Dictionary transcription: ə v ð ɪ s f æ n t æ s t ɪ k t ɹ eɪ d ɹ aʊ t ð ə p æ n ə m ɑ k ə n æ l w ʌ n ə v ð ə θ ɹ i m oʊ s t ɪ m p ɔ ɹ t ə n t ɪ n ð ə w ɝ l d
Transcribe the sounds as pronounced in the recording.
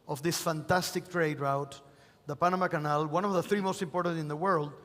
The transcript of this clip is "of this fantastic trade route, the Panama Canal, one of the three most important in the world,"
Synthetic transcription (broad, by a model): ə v ð ɪ s f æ n t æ s t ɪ k t ɹ eɪ d ɹ aʊ t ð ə p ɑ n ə m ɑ k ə n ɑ l w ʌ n ə v ð ə θ ɹ i m oʊ s t ɪ m p ɔ ɹ t ə n t ɪ n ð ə w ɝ l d